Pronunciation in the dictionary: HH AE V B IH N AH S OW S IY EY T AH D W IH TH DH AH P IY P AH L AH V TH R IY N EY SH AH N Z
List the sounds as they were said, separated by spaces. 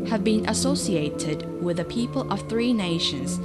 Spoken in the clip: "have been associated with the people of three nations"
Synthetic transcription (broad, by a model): HH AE V B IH N AH S OW S IY EY T AH D W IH DH AH P IY P AH L AH V TH R IY N EY SH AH N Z